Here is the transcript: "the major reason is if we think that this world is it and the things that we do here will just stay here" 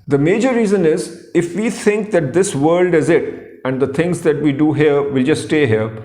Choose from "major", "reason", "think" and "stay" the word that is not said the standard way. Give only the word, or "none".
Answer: think